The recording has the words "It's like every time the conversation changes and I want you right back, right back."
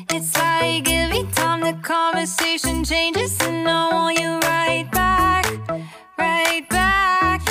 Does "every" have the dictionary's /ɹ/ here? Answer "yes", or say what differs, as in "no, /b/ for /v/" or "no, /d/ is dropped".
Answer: no, /ɹ/ is dropped